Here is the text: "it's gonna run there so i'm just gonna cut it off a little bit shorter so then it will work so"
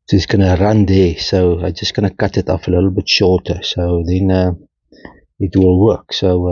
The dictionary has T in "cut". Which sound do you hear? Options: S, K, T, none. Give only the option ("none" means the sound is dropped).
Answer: T